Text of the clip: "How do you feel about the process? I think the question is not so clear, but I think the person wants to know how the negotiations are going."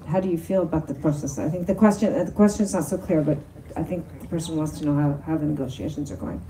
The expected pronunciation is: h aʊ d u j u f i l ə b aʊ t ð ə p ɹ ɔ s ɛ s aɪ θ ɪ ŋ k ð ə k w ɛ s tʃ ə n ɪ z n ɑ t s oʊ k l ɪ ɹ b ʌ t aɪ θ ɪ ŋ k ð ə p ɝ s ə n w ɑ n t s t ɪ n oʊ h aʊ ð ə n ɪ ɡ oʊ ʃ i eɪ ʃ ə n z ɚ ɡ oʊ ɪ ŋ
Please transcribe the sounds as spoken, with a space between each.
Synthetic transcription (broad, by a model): h aʊ d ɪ j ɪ f i l ə b aʊ t ð ə p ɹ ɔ s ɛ s aɪ θ ɪ ŋ k ð ə k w ɛ s tʃ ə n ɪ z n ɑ t s oʊ k l ɪ ɹ b ʌ t aɪ θ ɪ ŋ k ð ə p ɝ s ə n w ɑ n t s t ɪ n oʊ h aʊ ð ə n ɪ ɡ oʊ ʃ i eɪ ʃ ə n z ɚ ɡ oʊ ɪ ŋ